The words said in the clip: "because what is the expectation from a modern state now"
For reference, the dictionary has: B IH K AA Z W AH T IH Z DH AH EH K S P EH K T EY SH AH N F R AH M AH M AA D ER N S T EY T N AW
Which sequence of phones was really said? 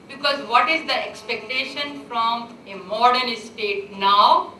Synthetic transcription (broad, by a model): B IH K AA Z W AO T IH Z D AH EH K S P EH K T EY SH AH N F R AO M AH M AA D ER L S T EY T N AW